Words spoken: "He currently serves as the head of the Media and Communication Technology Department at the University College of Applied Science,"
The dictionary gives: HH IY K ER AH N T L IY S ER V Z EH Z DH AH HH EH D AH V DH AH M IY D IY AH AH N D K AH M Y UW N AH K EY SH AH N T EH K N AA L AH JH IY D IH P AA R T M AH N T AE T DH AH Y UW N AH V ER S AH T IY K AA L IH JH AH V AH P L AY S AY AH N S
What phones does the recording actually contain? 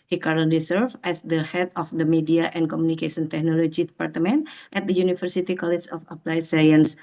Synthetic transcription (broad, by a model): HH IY K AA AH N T L IY S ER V EH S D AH HH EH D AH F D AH M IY D IY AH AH N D K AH M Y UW N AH K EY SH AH N T EH K N AA L AH JH IY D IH P AA R T M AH N T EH T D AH Y UW N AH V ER S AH T IY K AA L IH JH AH F AH P L AY S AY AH N S